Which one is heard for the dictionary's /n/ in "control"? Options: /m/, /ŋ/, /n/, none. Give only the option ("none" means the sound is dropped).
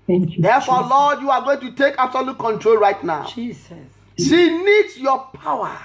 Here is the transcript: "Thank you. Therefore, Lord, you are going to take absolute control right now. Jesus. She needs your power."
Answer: /n/